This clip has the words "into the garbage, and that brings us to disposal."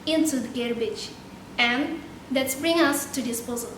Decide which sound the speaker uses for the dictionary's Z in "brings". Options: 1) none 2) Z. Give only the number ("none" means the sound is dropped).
1